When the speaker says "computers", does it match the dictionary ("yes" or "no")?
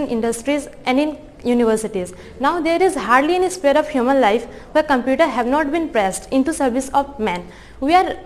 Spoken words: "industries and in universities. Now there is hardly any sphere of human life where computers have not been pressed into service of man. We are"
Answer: no